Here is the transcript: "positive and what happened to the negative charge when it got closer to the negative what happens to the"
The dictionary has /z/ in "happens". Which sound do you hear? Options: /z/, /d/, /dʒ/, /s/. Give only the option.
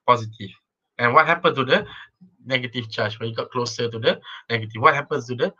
/s/